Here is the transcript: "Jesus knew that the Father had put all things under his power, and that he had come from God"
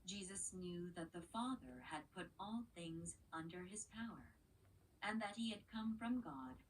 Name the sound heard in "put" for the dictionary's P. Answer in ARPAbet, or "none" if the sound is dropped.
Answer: P